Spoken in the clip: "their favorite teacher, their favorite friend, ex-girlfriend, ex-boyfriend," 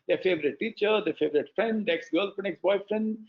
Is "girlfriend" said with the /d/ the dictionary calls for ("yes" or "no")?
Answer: no